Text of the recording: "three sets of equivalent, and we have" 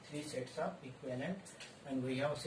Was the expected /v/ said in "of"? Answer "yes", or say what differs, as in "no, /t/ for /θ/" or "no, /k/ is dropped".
no, /p/ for /v/